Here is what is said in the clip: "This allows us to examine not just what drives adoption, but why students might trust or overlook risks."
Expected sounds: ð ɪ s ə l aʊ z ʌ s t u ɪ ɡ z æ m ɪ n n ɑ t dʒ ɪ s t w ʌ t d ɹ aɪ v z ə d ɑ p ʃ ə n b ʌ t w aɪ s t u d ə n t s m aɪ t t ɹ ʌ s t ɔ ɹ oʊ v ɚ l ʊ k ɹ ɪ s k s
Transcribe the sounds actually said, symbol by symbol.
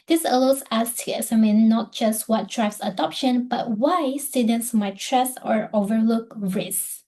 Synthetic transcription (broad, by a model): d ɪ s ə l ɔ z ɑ s t u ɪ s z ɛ m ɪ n n ɑ t dʒ ɪ s t w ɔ t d ɹ aɪ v s ə d ɑ p ʃ ə n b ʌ t w aɪ s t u d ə n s m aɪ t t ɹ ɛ s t ɔ ɹ oʊ v ɚ l ʊ k ɹ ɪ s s